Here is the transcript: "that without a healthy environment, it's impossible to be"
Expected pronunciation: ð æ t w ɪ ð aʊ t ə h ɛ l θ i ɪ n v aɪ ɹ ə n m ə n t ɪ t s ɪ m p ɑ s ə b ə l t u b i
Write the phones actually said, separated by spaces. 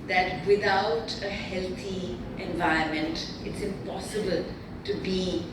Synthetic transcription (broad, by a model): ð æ t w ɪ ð aʊ t ə h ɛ l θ i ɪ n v aɪ ə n m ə n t ɪ t s ɪ m p ɑ s ə b ə l t u b i